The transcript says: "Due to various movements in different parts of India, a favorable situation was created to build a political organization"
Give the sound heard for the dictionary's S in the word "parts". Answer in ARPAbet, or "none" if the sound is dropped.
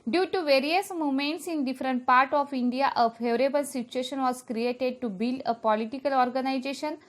none